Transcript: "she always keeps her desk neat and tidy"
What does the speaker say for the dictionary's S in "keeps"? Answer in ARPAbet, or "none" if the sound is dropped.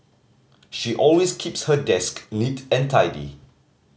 S